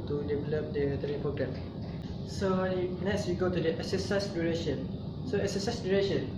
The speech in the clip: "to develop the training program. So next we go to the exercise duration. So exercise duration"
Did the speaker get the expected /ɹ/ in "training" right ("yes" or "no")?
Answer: no